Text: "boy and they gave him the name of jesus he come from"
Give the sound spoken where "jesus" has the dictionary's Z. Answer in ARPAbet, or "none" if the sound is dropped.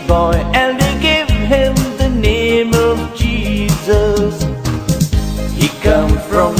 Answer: Z